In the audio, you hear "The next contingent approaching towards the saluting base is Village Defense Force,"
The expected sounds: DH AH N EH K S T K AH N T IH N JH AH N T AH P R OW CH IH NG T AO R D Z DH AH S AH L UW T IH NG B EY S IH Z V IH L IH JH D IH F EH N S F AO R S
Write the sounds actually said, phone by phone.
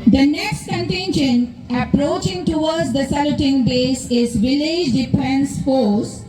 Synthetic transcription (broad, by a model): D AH N EH K S T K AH N T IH N SH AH N AH P R OW CH IH NG T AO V D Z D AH S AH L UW T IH NG B EY S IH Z V IH L IH JH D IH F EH N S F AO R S